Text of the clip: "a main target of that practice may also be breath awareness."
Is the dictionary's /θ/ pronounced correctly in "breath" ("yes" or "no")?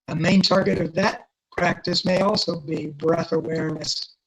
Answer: yes